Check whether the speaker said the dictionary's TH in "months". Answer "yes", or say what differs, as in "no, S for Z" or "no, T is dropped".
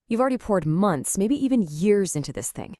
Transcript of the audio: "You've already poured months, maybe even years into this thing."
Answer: yes